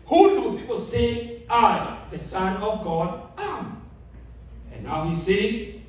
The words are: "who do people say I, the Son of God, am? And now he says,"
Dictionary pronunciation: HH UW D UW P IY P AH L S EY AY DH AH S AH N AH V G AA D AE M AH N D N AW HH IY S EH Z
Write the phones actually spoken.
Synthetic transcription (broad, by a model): HH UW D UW P IY P AH L S EY AY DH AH S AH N AH V G AA D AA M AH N N AW HH IY S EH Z